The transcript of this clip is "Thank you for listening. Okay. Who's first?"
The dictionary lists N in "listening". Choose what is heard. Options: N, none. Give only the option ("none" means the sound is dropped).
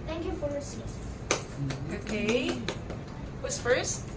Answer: none